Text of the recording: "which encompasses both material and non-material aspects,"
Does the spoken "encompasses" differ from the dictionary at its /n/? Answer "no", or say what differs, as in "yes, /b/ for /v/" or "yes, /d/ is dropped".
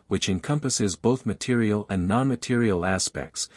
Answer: no